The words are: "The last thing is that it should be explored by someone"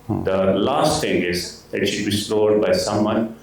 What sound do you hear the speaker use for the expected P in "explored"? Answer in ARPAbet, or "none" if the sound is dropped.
none